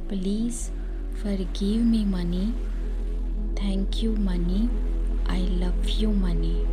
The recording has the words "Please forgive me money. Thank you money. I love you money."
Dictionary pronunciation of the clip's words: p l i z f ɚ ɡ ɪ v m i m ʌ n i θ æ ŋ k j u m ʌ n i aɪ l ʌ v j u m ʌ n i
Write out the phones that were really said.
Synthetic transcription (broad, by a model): p l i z f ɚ ɡ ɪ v m i m ʌ n i t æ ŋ k j u m ʌ n i aɪ l ʌ v j u m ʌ n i